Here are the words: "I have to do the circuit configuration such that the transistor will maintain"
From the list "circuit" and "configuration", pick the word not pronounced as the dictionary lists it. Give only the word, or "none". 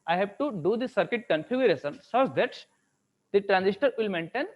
configuration